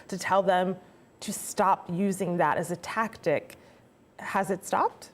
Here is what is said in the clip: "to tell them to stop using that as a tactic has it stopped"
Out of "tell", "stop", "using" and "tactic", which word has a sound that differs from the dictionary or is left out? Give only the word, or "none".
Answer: none